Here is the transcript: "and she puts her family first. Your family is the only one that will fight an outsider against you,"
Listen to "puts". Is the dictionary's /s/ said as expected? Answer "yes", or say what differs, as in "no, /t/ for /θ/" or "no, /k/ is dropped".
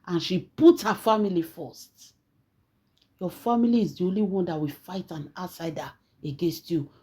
no, /s/ is dropped